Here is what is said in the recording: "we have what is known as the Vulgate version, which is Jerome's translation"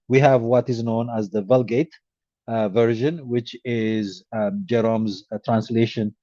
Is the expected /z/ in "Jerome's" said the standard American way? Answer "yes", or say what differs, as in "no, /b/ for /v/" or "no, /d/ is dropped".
yes